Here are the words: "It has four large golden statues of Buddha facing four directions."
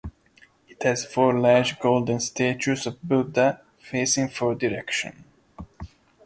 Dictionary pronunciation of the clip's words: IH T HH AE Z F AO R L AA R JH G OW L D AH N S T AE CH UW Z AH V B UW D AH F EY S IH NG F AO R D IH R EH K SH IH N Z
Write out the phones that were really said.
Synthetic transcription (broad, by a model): IH T HH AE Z F AO R L AA R JH G OW L D AH N S T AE CH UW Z AH V B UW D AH F EY S IH NG F AO R D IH R EH K SH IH N